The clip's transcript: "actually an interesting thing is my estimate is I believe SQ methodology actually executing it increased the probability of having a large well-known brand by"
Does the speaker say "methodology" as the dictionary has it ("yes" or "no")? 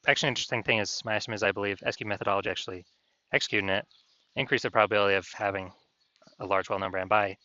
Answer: yes